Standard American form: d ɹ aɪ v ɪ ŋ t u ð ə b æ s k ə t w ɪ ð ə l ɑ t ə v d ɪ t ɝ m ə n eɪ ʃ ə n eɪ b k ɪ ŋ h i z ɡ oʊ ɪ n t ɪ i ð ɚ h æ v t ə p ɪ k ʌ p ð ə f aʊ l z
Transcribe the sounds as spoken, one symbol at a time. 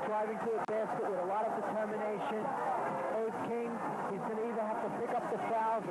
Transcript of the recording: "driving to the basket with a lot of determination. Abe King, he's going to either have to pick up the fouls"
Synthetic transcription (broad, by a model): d ɹ aɪ v ɪ ŋ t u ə b æ s k ə t w ɪ ð ə l ɑ t ə v d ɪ t ɝ m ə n eɪ ʃ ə n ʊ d k ɪ ŋ h i z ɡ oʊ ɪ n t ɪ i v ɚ h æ f t ə p ɪ k ʌ p ð ə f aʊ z